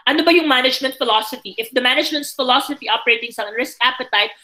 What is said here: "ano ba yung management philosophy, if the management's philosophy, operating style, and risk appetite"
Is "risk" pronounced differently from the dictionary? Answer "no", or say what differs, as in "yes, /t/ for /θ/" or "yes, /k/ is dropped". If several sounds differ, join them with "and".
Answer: no